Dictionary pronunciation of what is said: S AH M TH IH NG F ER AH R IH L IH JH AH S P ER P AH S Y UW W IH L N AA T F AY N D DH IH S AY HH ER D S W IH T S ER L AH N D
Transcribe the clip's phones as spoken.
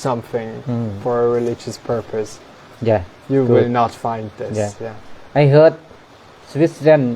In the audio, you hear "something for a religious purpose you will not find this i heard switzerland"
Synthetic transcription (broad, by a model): S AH M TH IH NG F ER AH R IH L IH JH AH S P ER P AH S Y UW W IH L N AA T F AY N D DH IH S AY HH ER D S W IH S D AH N